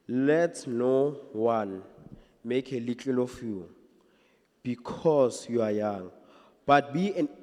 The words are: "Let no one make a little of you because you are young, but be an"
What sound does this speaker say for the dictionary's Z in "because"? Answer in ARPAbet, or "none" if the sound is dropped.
S